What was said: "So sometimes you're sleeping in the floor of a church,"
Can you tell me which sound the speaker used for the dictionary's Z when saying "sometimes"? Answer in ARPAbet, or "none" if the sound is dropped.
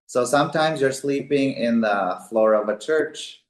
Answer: Z